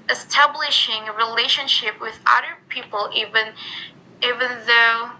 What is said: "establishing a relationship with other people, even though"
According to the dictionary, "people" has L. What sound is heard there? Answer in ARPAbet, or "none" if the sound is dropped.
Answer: N